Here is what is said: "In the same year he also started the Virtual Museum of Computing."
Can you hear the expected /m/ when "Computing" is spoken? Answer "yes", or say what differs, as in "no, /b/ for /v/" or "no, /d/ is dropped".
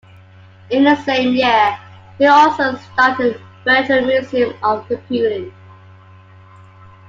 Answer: no, /m/ is dropped